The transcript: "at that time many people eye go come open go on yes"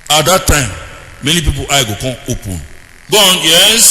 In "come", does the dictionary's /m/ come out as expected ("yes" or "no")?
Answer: no